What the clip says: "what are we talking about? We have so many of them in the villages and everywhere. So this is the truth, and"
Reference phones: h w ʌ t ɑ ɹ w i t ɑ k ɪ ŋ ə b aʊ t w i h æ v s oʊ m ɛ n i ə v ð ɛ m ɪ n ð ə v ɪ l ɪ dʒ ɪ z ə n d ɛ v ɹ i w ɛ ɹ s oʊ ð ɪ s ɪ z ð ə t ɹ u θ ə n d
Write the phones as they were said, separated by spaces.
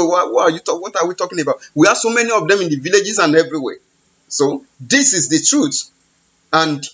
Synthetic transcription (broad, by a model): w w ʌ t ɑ w w i t ɑ k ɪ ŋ ə b aʊ t w i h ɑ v s oʊ m ɛ n i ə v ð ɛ m ɪ n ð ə v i l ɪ dʒ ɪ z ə n ɛ v ɹ i w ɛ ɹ s oʊ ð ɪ s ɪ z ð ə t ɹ u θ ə n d